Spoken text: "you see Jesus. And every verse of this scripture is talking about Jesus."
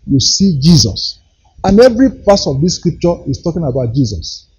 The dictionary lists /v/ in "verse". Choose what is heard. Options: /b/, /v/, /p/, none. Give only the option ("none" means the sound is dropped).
/p/